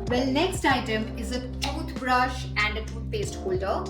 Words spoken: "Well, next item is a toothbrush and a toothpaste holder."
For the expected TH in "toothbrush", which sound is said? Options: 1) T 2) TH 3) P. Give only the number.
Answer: 1